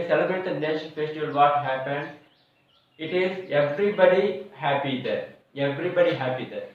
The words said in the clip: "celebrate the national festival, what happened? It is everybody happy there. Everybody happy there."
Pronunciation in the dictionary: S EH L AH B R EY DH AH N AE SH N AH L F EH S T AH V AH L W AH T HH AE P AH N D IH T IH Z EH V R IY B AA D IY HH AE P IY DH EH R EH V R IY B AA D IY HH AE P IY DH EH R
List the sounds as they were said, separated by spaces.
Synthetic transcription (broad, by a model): S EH L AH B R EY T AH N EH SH AH N F EH S T AH V AH L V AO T HH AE P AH N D IH T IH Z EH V R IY B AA D IY HH AE P IY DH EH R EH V R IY B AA D IY HH AE P IY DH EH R